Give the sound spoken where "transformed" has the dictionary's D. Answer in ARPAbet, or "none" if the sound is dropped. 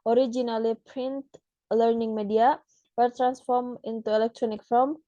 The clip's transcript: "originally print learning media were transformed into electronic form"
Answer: none